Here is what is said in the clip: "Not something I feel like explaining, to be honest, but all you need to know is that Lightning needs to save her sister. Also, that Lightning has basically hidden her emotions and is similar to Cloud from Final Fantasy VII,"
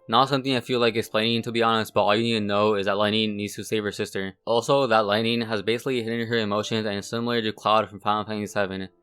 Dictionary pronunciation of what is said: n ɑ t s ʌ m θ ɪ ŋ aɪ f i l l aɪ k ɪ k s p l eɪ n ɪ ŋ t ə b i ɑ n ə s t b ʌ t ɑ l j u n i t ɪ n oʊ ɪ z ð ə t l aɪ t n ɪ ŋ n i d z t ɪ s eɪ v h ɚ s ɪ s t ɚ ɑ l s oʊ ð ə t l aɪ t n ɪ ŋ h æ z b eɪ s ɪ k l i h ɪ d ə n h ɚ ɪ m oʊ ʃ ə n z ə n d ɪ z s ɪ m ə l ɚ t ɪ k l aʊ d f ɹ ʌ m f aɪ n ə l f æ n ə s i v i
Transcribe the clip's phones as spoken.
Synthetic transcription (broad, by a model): n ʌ t s ʌ m θ ɪ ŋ aɪ f i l l aɪ k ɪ k s p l eɪ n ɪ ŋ t ə b i ɑ n ə s t b ʌ t ɑ l j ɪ n i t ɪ n oʊ ɪ z ð ə t l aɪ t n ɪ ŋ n i d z t ɪ s eɪ v ɚ s ɪ s t ɚ ɑ l s oʊ ð ə t l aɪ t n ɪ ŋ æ z b eɪ s ɪ k l i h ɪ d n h ɚ ɪ m oʊ ʃ ə n z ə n s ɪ m l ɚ t ɪ k l aʊ d f ɹ ʌ m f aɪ ə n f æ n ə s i v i